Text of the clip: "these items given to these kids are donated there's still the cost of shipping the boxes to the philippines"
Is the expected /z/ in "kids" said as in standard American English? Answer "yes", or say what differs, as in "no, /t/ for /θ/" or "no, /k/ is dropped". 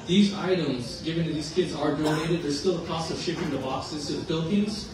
yes